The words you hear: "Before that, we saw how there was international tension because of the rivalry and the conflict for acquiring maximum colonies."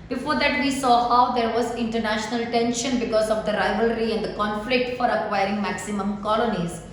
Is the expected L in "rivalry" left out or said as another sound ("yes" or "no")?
no